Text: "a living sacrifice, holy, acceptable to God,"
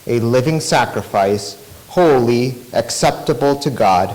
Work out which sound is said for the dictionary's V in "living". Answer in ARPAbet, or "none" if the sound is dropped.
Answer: V